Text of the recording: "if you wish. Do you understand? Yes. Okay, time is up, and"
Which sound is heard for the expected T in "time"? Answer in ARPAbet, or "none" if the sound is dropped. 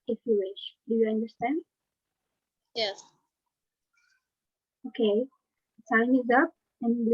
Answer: S